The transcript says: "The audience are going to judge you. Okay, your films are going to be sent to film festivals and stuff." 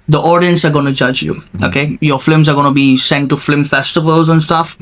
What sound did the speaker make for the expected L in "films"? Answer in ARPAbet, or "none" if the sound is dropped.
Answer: none